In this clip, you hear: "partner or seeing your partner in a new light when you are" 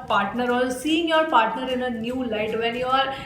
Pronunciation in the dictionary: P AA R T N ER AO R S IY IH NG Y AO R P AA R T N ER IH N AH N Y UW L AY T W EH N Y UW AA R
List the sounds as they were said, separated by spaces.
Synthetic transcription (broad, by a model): P AA R T N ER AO L S IY IH NG Y AO R P AA R T N ER IH N AH N Y UW L AY T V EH N Y UW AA R